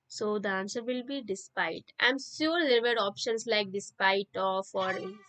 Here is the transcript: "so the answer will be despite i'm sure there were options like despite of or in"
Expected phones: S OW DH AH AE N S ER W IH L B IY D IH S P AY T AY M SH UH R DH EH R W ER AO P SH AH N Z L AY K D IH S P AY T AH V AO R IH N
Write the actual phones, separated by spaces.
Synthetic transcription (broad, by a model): S OW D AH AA N S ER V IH L B IY D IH S P AY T AY M S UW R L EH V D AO P SH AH N S L AY K D IH S P AY T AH F AO R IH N